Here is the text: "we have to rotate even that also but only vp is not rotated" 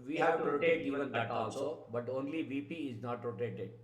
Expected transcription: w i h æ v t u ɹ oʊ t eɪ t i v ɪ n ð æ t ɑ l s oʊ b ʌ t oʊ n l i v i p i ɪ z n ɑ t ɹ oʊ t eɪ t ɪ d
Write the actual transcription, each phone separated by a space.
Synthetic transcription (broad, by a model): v i h æ v t u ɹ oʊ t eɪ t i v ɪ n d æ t ɑ l s oʊ b ʌ t oʊ n l i v i p i ɪ z n ɑ t ɹ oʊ t eɪ t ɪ d